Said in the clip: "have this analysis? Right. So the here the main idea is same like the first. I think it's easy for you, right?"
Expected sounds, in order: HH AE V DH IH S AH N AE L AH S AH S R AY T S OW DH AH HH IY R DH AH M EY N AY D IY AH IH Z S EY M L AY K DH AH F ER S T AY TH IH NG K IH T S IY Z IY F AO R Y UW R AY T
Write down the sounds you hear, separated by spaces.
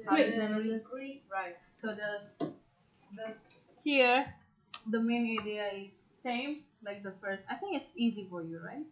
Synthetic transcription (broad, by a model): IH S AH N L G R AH R AY T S OW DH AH HH IY R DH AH M EY N AY D IY AH IH Z S EY M L AY K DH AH F ER S T AY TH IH NG K IH T S IY Z IY F AO R Y UW R AY T